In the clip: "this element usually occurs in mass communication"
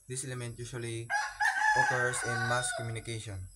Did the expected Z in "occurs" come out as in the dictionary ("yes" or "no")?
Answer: no